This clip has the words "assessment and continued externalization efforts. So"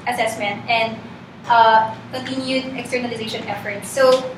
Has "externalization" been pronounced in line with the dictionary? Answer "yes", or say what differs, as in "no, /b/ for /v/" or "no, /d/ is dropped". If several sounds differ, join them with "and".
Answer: yes